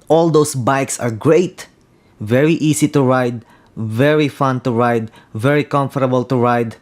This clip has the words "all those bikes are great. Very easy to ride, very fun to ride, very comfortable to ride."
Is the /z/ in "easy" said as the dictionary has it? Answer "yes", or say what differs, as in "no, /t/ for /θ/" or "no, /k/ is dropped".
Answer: no, /s/ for /z/